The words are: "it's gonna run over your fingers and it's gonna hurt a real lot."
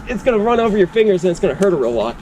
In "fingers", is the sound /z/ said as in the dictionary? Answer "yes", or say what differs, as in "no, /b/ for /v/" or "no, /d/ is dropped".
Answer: yes